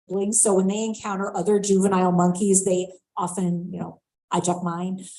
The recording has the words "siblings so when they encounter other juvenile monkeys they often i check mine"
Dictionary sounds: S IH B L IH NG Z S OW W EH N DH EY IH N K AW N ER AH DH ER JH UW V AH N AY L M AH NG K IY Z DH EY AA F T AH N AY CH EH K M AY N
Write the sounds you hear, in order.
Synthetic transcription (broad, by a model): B L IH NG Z S OW W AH N DH EY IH N K AW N ER AH DH ER JH UW V AH N AY L M AH NG K IY Z DH EY AA F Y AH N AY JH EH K M AY N